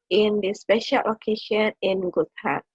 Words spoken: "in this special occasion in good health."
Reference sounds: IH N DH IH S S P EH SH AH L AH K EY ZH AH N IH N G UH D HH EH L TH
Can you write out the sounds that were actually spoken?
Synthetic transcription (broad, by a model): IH N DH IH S S P EH SH AH L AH K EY SH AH N IH N G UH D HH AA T